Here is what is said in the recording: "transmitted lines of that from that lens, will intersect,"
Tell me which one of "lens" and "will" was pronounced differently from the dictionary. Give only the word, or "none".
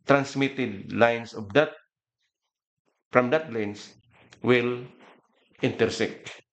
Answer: lens